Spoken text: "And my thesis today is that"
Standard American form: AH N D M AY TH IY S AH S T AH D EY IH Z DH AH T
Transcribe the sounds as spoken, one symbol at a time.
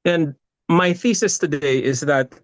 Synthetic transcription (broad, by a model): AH N M AY TH IY S AH S T AH D EY IH Z DH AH T